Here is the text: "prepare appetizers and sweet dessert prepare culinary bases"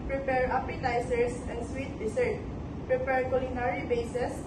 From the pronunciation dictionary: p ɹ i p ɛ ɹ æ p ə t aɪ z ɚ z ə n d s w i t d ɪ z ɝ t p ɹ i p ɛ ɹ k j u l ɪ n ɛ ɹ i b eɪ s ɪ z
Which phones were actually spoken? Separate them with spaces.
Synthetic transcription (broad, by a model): p ɹ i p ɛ ɹ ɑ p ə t aɪ s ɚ s ə n d s w i t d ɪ s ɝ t p ɹ i p ɛ ɹ k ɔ l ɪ n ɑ ɹ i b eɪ s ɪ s